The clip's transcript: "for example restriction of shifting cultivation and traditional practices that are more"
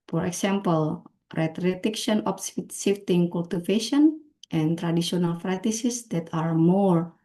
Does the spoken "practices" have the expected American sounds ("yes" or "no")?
no